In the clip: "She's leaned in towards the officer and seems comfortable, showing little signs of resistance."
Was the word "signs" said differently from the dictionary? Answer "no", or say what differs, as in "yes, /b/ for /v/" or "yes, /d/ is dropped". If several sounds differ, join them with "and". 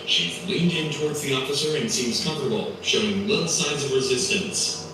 no